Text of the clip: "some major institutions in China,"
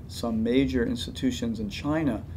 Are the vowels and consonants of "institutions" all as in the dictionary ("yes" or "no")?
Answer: yes